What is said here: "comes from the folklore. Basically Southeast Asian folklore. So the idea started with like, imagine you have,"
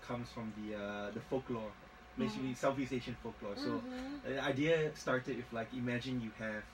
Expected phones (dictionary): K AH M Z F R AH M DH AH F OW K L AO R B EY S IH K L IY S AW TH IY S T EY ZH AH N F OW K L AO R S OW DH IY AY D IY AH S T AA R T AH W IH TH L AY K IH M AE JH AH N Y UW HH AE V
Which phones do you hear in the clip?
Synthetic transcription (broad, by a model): K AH M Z F R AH M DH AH F OW K L AO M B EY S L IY S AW F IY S EY SH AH N F OW K L AO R S OW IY AY D IY AH S T AA R T AH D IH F L AY K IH M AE JH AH N Y UW HH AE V